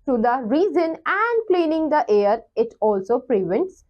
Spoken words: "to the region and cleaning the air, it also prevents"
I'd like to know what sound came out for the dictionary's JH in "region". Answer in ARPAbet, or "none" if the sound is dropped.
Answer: Z